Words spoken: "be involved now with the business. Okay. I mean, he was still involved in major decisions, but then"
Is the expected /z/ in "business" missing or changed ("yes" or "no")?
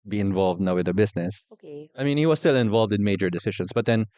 yes